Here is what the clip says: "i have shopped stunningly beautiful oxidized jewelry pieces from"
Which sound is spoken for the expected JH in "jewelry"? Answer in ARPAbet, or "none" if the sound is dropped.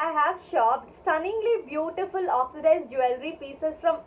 JH